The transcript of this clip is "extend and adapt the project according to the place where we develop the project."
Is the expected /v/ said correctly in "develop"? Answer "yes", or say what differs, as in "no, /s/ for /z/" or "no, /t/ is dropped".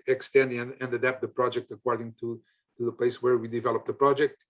yes